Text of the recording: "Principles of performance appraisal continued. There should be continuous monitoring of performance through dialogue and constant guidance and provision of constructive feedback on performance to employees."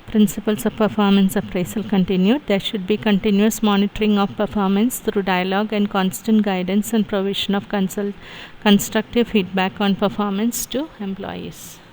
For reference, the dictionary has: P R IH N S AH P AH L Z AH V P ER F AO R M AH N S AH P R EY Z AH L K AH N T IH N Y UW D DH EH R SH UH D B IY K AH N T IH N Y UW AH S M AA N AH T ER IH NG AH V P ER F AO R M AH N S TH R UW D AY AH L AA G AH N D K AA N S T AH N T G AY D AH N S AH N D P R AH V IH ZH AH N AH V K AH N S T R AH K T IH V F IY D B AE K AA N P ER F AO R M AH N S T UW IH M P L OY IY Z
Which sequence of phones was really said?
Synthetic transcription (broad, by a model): P R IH N S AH P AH L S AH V P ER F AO R M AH N S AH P R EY S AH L K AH N T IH N Y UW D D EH R SH UH D B IY K AH N T IH N Y UW AH S M AA N AH T ER IH NG AH V P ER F AO R M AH N S T R UW D AY AH L AA G AH N D K AA N S T AH N T G AY D AH N S AH N D P R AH V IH SH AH N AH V K AH N S T R AH K T IH V F IY D B AE K AA N P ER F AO R M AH N S T UW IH M P L OY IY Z